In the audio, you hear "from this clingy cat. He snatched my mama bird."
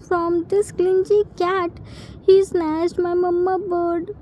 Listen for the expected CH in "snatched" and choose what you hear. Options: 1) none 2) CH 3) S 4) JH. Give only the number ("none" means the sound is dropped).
3